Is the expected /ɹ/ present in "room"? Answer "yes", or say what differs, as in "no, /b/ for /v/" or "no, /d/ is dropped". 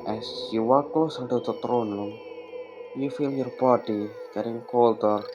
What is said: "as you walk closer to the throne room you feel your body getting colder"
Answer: no, /l/ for /ɹ/